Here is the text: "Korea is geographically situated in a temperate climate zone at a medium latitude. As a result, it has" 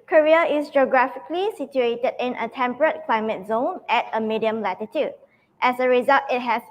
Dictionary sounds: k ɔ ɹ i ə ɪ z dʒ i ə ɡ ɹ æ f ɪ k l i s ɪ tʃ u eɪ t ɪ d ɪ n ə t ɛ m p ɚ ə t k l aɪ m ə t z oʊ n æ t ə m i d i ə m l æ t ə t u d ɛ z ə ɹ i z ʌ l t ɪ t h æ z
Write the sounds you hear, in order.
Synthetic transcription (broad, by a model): k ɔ ɹ i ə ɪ s dʒ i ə ɡ ɹ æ f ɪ k l i s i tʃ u eɪ t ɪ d ɪ n ə t ɛ m p ɚ ə t k l aɪ m ə t z oʊ n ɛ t ə m i d i ə m l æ t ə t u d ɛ s ə ɹ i z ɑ l t ɪ t h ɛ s